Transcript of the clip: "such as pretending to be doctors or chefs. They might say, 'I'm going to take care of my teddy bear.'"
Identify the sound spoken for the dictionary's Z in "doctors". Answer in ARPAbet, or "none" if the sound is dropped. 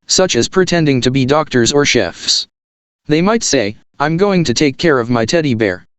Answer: Z